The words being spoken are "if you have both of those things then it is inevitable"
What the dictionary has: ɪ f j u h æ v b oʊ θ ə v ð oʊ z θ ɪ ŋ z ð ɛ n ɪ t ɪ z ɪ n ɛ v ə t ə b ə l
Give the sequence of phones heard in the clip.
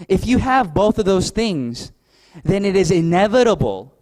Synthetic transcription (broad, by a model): ɪ f j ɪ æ v b oʊ θ ə v ð oʊ z θ ɪ ŋ z ð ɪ n ɪ t ɪ z ɪ n ɛ v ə t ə b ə l